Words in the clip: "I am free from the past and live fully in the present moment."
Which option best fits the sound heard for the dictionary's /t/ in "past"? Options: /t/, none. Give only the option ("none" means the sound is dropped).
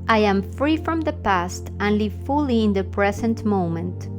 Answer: /t/